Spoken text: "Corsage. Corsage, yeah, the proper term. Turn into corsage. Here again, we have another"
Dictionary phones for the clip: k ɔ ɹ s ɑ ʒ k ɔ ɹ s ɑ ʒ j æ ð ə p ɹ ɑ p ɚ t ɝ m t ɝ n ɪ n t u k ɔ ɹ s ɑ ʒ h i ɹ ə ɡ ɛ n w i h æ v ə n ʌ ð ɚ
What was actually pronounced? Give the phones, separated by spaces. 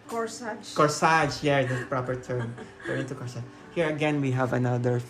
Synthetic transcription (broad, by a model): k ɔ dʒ k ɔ ɹ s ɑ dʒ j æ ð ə p ɹ ɑ p ɚ t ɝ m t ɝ ɪ n t u k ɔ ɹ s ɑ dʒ h i ɹ ə ɡ ɛ n w i h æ v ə n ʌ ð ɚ